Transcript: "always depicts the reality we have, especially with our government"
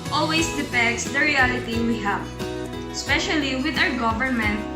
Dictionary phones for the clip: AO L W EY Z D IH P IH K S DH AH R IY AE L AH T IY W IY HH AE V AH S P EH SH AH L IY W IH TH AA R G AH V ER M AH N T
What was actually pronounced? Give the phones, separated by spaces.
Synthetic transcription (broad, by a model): AO L W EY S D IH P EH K S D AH R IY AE L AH T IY W IY HH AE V AH S P EH SH AH L IY W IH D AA W G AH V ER M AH N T